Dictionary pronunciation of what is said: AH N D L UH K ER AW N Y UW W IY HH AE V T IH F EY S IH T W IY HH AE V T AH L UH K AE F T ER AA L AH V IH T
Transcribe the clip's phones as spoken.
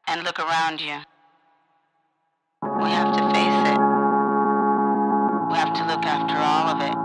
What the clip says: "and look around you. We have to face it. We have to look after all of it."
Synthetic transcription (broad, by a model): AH N L UH K ER AW N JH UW W IY HH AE F T IH F EY S IH T W IY HH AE F T AH L UH K AE F T ER AA L AH V IH T